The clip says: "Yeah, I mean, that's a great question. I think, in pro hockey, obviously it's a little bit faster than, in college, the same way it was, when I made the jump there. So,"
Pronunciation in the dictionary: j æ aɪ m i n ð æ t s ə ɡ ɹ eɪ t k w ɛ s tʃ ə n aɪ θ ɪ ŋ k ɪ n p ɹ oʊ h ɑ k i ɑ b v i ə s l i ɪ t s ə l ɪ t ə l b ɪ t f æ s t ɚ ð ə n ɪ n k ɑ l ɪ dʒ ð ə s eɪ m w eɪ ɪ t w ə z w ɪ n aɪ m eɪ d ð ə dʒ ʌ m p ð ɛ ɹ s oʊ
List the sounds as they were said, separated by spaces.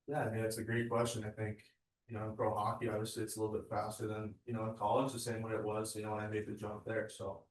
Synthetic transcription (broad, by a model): j æ aɪ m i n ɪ t s ə ɡ ɹ eɪ t k w ɛ s tʃ ə n aɪ θ ɪ ŋ k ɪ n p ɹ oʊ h ɑ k i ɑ v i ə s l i ɪ t s ə l ɪ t l b ɪ t f æ s t ɚ ð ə n ɪ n k ɑ l ɪ dʒ ð ə s eɪ m w eɪ ɪ t w ə z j ɪ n aɪ m eɪ d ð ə dʒ ʌ m p ð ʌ ɹ s oʊ